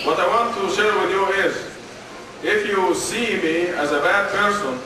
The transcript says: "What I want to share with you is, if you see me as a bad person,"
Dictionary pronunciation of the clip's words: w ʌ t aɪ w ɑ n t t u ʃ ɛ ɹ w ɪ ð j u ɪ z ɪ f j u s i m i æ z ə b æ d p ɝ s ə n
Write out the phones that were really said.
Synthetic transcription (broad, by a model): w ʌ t aɪ w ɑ n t t u ʃ ɛ ɹ w ɪ ð j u ɪ z ɪ f j u s i m i æ z ə b æ d p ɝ s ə n